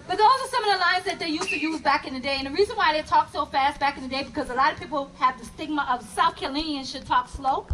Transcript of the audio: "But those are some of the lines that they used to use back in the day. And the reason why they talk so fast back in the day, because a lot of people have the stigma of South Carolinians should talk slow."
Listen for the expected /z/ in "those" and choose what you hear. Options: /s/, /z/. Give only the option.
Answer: /s/